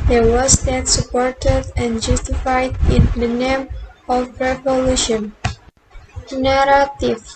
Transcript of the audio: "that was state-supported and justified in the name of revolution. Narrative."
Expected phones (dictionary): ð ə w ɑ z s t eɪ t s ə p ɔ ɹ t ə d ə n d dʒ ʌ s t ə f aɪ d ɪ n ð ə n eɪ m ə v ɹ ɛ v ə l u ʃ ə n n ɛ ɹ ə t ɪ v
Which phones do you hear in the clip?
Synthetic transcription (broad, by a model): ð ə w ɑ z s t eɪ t s ə p ɔ ɹ t ə d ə n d dʒ ʌ s t ə f aɪ d ɪ n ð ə n eɪ m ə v ɹ ɛ v ə l u ʃ ə n n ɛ ɹ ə t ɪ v